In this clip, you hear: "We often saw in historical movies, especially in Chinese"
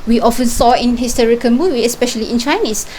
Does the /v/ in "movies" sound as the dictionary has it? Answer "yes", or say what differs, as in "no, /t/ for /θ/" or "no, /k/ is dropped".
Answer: no, /w/ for /v/